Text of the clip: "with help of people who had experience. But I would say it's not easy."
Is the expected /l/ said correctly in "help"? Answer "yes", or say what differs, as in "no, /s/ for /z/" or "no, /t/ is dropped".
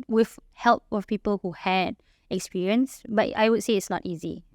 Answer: yes